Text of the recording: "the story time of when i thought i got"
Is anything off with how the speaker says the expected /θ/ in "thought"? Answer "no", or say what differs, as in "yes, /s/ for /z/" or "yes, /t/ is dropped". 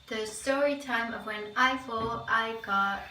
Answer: yes, /f/ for /θ/